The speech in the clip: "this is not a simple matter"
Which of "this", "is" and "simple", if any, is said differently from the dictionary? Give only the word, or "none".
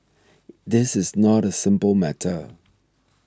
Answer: none